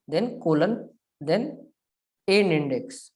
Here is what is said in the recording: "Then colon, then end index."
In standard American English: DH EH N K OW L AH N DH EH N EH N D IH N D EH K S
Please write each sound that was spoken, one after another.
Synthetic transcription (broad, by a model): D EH N K OW L AH N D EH N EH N IH N D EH K S